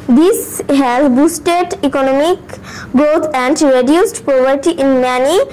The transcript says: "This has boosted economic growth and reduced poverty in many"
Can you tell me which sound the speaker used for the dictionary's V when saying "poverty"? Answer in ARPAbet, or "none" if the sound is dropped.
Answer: P